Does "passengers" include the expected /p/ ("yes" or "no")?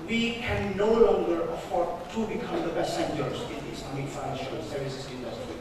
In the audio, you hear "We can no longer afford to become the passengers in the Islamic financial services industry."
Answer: no